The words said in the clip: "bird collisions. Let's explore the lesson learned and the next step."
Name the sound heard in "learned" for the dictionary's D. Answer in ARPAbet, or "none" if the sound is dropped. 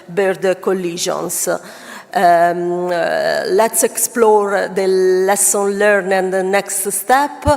none